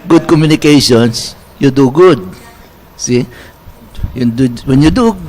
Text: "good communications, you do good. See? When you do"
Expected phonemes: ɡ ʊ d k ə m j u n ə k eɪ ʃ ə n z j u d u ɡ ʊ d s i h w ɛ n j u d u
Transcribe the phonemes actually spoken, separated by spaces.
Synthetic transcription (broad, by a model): ɡ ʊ d k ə m j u n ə k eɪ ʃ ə n s j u d u ɡ ʊ d s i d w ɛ n j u d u